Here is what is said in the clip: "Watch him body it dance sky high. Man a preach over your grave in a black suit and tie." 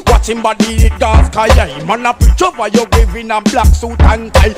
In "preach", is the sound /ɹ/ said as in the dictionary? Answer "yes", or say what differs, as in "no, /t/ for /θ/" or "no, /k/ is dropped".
no, /ɹ/ is dropped